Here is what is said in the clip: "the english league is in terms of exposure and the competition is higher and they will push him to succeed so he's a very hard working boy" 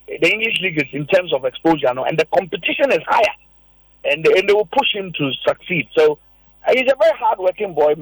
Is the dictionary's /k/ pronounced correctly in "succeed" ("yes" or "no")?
yes